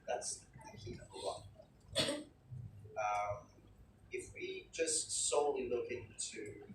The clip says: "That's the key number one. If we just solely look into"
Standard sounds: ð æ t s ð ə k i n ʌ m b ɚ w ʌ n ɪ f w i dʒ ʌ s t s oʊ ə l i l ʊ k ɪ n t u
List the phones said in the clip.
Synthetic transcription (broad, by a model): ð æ t s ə k i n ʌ b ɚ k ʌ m ɪ f w i dʒ ʌ s t s oʊ ə l i l ʊ k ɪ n t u